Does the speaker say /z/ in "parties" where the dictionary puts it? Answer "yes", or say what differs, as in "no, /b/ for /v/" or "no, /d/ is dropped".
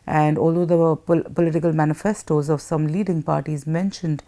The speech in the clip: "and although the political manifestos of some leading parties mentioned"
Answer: yes